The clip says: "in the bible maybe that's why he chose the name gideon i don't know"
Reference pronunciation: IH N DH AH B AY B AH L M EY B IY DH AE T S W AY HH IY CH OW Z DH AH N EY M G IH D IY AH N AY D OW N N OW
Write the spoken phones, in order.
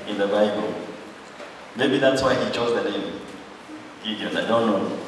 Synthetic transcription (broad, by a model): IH N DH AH B AY B AH L M EY B IY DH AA T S W AY HH IY CH OW Z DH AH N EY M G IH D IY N AY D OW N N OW